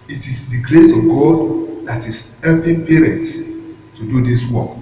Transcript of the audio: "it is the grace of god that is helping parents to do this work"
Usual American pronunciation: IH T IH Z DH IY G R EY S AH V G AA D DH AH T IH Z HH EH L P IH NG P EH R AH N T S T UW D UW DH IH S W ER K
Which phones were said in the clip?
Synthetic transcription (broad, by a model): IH T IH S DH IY G R EY S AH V G AA D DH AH T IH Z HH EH P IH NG P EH R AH N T S T UW D UW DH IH S W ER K